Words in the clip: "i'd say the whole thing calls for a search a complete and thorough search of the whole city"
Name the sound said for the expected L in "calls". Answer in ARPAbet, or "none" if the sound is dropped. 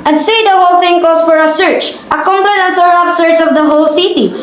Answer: none